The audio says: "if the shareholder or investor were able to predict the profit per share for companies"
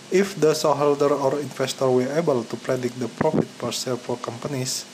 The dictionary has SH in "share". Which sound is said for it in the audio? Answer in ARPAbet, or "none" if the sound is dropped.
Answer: S